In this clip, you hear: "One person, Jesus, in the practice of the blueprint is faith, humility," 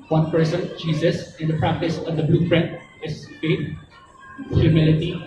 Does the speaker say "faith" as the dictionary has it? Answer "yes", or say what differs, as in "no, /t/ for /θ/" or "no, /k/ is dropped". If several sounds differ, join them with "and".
no, /t/ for /θ/